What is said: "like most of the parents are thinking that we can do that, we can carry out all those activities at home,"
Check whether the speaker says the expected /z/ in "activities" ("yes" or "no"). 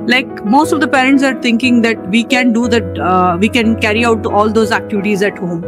yes